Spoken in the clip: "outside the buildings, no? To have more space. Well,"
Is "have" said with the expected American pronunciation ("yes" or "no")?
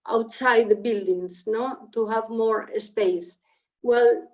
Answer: yes